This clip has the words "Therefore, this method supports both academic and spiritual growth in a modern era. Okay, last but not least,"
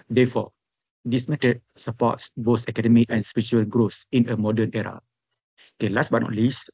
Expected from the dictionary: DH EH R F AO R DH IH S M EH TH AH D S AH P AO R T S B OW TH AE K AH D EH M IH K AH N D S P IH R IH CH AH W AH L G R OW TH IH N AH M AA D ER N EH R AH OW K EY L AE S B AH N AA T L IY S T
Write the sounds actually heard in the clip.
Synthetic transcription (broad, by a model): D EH F AO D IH S M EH T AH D S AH P AO T S B OW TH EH K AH D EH M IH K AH N S P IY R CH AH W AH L G R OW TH IH N AH M AA D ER N EH R AH OW K EY L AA S B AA N AA T L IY S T